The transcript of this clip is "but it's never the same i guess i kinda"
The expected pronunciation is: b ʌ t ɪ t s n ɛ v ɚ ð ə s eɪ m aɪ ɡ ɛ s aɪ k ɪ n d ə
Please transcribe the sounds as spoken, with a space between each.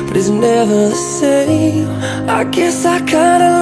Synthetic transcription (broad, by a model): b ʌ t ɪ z n ɛ v ɚ s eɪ aɪ ɡ ɛ s aɪ k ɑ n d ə